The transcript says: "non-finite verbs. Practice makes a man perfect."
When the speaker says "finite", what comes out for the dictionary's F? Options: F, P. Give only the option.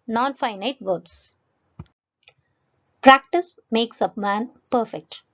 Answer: F